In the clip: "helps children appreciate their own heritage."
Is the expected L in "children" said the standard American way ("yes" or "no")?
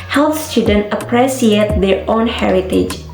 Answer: no